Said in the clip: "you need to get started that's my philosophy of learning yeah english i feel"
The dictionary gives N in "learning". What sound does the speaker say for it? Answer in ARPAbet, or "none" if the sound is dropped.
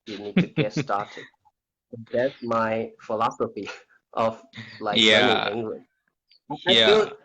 none